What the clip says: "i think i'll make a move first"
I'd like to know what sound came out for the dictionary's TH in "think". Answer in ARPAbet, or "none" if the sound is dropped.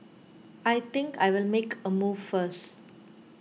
T